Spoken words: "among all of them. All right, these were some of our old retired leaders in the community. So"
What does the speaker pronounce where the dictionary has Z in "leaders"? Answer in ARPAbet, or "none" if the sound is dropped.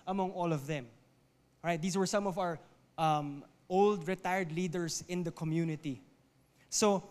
S